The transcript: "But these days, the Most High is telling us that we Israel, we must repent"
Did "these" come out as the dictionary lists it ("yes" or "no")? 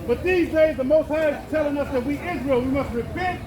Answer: yes